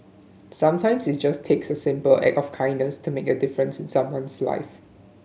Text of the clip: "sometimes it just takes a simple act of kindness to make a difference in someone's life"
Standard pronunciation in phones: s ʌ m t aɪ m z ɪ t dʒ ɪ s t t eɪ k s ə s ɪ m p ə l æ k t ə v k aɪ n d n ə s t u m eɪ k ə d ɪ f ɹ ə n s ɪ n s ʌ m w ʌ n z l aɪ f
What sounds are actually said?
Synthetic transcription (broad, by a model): s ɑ m t aɪ m s ɪ t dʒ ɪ s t t eɪ k s ə s ɪ m p ə l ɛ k ə f k aɪ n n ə s t u m eɪ k ə d ɪ f ɹ ə n s ɪ n s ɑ m w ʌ n s l aɪ f